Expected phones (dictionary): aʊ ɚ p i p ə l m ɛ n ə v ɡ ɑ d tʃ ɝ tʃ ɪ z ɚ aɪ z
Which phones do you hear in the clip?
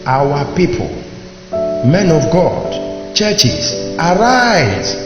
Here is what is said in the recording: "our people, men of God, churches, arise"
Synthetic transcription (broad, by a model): aʊ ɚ p i p ə l m ɛ n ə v ɡ ɑ d tʃ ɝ tʃ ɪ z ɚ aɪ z